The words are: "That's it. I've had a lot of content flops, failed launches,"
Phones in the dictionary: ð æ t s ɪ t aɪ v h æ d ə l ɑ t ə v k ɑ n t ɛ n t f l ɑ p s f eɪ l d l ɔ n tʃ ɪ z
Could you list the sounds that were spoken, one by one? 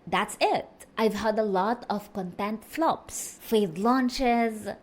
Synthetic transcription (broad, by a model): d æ t s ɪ t aɪ v h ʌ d ə l ɑ t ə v k ɑ n t ɛ n t f l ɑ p s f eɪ d l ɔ n tʃ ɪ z